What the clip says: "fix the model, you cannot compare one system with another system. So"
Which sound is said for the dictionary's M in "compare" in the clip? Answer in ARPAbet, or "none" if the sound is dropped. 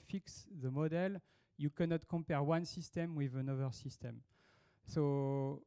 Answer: M